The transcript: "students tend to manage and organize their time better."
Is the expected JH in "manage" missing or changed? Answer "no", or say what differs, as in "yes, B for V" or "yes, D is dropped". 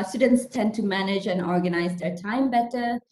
no